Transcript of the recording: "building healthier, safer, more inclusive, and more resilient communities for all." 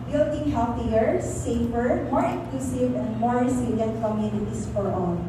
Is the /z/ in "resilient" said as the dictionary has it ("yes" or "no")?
no